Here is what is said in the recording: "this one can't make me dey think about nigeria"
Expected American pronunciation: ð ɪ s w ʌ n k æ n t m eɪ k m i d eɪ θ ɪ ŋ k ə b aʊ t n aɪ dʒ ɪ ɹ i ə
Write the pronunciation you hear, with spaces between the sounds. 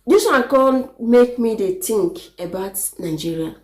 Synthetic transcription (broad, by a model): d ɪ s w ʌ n k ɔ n m eɪ k m i d eɪ t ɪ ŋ k ə b aʊ t n aɪ dʒ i ɹ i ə